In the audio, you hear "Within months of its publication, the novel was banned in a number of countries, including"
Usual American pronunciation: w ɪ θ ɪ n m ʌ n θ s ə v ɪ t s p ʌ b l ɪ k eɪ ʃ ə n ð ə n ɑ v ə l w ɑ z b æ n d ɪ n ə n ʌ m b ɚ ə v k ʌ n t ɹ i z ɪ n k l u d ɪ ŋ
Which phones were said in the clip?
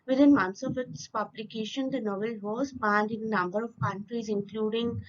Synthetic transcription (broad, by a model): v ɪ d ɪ n m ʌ n t s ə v ɪ t s p ʌ b l ɪ k eɪ ʃ ə n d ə n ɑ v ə l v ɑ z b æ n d ɪ n ə n ʌ m b ɚ ə v k ʌ n t ɹ i z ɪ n k l u d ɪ ŋ